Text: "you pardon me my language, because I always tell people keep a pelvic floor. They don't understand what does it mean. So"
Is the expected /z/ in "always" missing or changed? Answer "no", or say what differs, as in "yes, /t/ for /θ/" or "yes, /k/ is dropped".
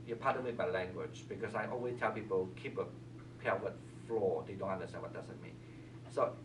yes, /s/ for /z/